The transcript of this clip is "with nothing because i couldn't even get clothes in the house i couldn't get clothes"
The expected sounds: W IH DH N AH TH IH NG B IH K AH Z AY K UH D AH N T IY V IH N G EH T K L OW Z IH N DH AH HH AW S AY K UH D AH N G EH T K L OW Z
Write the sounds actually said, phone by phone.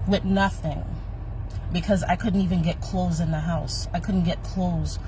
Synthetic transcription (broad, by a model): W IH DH N AH TH IH NG B IH K AH Z AY K UH D N T IY V IH N G EH T K L OW Z IH N DH AH HH AW S AY K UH D N G EH T K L OW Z